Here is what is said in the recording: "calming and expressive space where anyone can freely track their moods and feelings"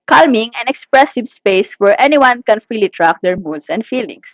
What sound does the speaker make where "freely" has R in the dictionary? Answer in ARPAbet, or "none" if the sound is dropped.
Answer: none